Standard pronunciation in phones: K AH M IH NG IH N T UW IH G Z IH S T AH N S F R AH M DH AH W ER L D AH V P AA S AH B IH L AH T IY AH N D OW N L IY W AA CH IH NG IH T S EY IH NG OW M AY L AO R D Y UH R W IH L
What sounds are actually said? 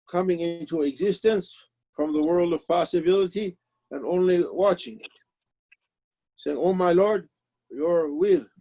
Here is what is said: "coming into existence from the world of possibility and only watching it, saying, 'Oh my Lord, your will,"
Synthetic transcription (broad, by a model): K AH M IH NG IH N T UW IH G Z IH S T AH N S F R AH M DH AH W ER L D AH V P AA S AH B IH L AH T IY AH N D OW N L IY W AA CH IH NG IH T S EY IH NG OW M AY L AO R D Y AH R W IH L